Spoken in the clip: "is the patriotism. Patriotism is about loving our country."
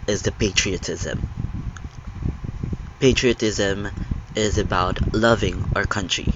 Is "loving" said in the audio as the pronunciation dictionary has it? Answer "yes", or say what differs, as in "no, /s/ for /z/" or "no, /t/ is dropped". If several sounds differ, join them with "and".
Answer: yes